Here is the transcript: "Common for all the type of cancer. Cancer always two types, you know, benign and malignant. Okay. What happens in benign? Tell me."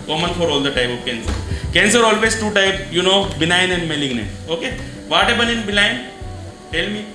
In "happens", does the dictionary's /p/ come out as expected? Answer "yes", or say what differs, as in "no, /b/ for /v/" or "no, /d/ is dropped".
no, /b/ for /p/